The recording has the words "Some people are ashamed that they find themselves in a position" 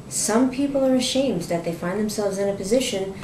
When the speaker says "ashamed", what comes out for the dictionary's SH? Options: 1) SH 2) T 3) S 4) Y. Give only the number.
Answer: 1